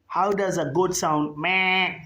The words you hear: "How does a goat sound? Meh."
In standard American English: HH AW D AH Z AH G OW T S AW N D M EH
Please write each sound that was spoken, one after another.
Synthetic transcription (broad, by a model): HH AW D AH Z AH G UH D S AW N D M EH